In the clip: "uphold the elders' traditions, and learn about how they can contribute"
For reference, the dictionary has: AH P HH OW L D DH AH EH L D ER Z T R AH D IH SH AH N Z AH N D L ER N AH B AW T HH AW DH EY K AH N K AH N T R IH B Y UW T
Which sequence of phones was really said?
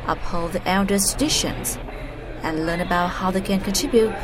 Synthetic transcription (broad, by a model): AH P HH OW L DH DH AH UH N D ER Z T R AH D IH SH AH N Z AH N L ER N AH B AW T HH AW DH EY K AH N K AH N T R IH B Y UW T